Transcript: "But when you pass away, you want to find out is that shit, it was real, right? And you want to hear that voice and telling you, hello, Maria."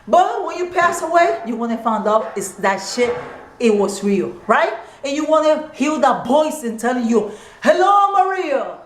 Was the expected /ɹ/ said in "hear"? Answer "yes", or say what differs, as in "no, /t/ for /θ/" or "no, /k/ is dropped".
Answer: no, /l/ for /ɹ/